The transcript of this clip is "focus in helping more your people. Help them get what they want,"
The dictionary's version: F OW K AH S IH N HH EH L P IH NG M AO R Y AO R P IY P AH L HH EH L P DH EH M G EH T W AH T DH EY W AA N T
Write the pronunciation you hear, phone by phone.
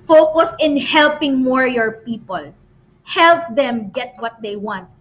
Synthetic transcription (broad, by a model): F OW K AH S IH N HH EH L P IH NG M AO R Y AO R P IY P AH L HH EH L P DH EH M G EH T W AH T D EY W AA N T